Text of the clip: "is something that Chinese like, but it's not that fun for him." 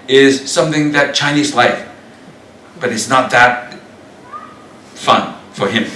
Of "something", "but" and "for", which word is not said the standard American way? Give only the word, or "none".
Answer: none